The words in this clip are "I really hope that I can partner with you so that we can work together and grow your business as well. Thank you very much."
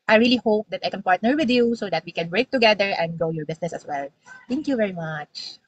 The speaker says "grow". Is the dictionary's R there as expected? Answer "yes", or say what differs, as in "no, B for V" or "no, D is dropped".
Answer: no, R is dropped